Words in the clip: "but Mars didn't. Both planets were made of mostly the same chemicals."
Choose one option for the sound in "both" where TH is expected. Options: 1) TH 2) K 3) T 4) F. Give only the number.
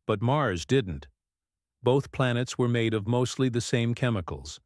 1